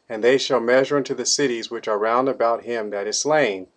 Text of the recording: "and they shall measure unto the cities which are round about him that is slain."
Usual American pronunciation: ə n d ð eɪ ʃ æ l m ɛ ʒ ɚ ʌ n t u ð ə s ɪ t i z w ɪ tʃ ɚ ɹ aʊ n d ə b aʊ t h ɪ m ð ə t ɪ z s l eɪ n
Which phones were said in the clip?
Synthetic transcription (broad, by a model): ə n ð eɪ ʃ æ l m ɛ ʒ ɚ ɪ n t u ð ə s ɪ t i z w ɪ tʃ ɚ ɹ aʊ n d ə b aʊ t h ɪ m ð ə t ɪ z s l eɪ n